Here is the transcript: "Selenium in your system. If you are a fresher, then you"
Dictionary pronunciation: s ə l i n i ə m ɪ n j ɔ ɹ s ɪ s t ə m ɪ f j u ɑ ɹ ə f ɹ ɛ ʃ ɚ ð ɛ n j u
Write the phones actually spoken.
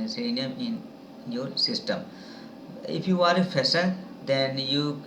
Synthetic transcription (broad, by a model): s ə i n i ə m ɪ n j ɔ ɹ s ɪ s t ə m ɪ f j u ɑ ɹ ə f ɛ s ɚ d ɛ n j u